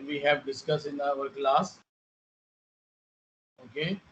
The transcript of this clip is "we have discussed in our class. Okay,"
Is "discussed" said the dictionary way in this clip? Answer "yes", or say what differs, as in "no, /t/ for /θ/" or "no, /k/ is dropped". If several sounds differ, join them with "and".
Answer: no, /t/ is dropped